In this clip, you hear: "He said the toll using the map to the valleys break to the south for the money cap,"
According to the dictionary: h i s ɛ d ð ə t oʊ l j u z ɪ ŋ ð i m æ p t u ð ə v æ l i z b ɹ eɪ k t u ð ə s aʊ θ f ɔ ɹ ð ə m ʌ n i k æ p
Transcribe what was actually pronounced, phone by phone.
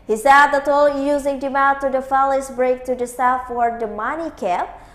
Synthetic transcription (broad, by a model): h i s ɛ d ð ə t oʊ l j u z ɪ ŋ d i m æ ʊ t u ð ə f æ l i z b ɹ eɪ k t u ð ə s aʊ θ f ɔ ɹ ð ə m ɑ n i k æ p